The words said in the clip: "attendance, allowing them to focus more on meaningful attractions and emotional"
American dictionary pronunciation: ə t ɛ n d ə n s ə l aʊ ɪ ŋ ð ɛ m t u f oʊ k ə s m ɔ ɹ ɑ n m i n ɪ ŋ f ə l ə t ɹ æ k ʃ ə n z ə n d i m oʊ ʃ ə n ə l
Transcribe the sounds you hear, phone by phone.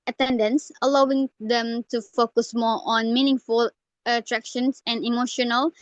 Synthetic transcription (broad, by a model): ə t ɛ n d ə n s ə l aʊ ɪ ŋ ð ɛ m t u f oʊ k ə s m ɔ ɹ ɑ n m i n ɪ ŋ f ə l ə t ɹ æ k ʃ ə n s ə n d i m oʊ ʃ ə n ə l